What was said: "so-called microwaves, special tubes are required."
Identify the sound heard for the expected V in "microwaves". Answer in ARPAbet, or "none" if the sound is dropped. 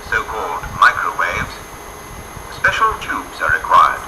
V